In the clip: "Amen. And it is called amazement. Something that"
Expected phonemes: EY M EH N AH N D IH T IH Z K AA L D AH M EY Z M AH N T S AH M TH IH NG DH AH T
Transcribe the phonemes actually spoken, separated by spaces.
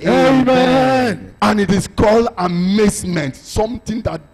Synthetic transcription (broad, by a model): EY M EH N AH N IH T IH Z K AA L D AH M EY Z M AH N T S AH M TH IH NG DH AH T